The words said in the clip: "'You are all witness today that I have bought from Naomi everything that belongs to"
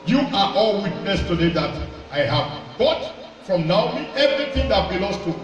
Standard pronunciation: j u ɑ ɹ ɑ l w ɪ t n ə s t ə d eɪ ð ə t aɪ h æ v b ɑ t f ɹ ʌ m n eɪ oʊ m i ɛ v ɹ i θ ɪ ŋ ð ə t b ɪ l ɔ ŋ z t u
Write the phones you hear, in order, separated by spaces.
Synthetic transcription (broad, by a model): j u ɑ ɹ ɑ l w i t n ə s t ə d eɪ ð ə t aɪ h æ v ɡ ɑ t f ɹ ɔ m n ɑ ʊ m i ɛ v ɹ i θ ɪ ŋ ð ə t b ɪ l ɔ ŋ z t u